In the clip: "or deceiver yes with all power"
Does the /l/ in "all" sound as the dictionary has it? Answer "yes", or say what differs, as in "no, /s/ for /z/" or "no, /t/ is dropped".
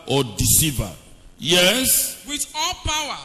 yes